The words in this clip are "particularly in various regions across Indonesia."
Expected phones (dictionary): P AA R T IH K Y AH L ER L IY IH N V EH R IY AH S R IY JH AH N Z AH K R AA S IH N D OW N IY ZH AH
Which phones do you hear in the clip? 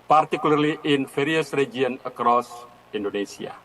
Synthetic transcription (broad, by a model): P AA R T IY K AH L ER L IY IH N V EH R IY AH S R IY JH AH N AH K R AA S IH N D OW N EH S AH